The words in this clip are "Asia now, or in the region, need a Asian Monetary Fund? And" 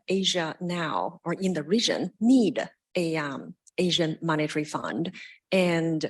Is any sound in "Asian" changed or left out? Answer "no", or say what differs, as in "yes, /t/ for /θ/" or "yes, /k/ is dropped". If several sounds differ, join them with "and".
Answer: no